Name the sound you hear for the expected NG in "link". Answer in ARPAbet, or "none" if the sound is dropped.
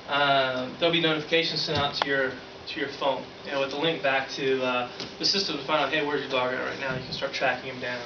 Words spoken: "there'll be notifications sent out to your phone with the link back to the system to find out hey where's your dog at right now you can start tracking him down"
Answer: NG